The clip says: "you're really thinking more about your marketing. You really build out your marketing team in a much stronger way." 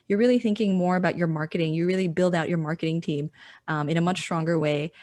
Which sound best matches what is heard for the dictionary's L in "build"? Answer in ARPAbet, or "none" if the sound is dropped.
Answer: L